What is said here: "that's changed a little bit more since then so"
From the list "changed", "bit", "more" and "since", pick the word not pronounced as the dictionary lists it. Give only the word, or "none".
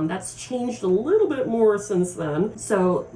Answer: none